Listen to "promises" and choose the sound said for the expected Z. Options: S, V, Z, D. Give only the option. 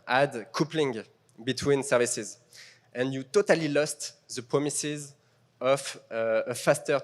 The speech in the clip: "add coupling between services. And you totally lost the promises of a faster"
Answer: Z